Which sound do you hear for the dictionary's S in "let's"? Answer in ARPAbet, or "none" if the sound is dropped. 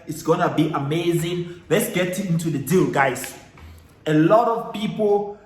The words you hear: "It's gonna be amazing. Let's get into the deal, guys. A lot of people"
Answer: S